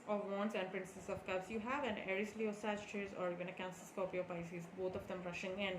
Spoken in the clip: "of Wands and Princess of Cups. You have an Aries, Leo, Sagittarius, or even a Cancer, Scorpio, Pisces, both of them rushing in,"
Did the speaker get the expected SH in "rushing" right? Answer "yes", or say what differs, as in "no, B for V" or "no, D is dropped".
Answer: yes